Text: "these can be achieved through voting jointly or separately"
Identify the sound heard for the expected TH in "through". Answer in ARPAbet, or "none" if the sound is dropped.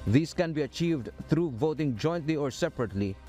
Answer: T